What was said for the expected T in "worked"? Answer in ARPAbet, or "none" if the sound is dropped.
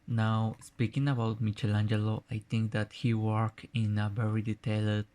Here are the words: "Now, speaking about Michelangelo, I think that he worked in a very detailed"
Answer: none